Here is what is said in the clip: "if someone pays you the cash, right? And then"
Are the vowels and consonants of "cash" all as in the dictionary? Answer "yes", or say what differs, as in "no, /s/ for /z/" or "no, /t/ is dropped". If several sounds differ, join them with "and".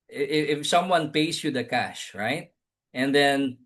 yes